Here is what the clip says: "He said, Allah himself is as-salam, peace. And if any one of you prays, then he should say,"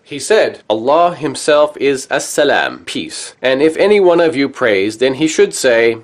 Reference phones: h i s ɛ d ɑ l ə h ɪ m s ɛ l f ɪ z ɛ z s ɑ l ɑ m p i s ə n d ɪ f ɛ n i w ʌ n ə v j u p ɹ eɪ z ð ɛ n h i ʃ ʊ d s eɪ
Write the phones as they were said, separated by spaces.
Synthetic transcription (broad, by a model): h i s ɛ d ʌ l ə h ɪ m s ɛ l f ɪ z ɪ s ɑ l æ m p i s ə n ɪ f ɛ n i w ʌ n ə v j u p ɹ eɪ z ð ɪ n i ʃ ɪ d s eɪ